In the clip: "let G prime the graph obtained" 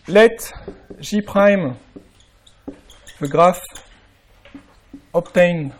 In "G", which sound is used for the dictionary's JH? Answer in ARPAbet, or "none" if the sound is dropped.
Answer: ZH